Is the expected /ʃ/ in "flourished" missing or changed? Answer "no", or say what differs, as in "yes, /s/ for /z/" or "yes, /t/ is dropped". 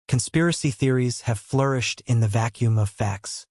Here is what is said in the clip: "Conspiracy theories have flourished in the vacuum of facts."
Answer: no